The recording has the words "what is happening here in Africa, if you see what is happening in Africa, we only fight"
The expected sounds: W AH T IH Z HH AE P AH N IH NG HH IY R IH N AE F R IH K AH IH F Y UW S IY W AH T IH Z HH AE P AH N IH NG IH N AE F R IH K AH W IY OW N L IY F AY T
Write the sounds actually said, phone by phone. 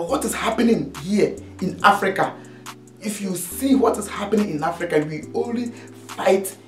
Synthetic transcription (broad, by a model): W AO T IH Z HH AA P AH N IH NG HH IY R IH N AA F R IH K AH IH F Y UW S IY W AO T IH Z HH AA P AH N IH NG IH N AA F R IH K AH W IY OW N L IY F AY T